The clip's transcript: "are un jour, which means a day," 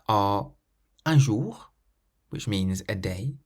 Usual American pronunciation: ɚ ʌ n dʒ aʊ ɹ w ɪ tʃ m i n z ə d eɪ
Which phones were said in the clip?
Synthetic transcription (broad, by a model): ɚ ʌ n ʒ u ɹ w ɪ tʃ m i n z ə d eɪ